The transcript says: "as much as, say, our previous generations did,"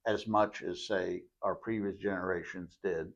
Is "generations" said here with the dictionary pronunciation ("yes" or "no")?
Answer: yes